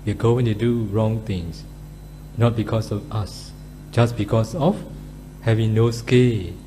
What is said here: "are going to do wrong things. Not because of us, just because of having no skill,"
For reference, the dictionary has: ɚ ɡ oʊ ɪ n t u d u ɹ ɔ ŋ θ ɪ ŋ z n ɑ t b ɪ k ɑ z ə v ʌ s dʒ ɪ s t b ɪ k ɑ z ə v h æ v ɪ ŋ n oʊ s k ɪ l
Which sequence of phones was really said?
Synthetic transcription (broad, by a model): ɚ ɡ oʊ ɪ n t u d u ɹ ɔ ŋ t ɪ ŋ s n ɑ t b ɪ k ɑ s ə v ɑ s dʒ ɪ s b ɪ k ɑ s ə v h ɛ v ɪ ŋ n oʊ s k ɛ l